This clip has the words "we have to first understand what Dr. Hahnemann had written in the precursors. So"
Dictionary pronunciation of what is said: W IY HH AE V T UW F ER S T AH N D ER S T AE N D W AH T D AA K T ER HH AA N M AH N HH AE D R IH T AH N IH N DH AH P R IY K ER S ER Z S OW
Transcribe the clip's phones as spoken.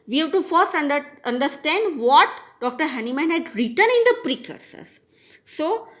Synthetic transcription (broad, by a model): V IY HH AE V T UW F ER S T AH N D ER S T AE N D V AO T D AA K T ER HH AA N M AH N HH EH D R IH T AH N IH N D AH P R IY K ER S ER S S OW